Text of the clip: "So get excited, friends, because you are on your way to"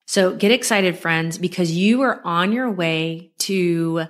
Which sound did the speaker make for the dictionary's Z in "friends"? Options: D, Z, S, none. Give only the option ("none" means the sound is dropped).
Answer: Z